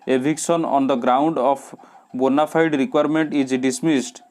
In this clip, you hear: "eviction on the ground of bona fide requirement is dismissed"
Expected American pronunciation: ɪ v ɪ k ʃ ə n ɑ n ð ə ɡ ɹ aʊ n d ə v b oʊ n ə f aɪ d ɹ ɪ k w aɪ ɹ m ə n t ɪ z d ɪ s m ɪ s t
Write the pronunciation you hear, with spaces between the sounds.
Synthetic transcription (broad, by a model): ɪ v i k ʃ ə n ɑ n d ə ɡ ɹ aʊ n d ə p b oʊ n ə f aɪ d ɹ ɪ k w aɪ ɹ m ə n t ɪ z d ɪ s m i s t